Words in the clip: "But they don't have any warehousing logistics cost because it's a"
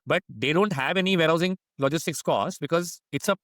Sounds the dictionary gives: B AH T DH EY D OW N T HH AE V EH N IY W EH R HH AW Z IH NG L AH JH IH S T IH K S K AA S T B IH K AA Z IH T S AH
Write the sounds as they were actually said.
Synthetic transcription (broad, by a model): B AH T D EY D OW N T HH AE V EH N IY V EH R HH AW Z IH NG L AH JH IH S T IH K S K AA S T B IH K AA Z IH T S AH